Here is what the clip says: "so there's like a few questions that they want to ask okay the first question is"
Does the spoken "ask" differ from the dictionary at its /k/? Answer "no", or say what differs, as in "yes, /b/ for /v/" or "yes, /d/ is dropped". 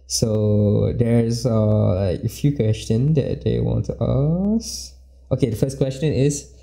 yes, /k/ is dropped